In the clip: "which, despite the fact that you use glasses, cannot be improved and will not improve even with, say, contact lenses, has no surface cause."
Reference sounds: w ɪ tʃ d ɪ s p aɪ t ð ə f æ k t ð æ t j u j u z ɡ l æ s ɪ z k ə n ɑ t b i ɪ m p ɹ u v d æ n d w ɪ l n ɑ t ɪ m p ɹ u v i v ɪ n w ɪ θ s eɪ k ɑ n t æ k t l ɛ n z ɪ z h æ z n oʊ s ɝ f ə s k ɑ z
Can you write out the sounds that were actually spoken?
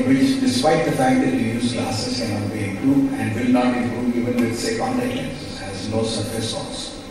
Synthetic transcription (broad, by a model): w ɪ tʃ d ɪ s p aɪ t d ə f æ k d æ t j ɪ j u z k l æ s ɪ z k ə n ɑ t b i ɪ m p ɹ u d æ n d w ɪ l n ɑ t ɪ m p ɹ u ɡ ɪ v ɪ n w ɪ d s eɪ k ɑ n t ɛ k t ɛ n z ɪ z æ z n oʊ s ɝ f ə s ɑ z